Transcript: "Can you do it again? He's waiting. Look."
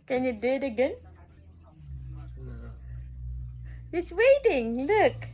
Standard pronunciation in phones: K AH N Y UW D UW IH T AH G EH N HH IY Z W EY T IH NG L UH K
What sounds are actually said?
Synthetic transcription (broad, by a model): K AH N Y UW D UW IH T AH G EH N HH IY S W EY T IH NG L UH K